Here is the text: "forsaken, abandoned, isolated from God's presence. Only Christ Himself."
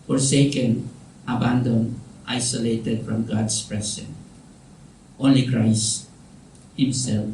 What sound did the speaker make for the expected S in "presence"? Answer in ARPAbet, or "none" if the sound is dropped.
none